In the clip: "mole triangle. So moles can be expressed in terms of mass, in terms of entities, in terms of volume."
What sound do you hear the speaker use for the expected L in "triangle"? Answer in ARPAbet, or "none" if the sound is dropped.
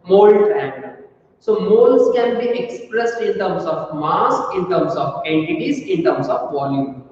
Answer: N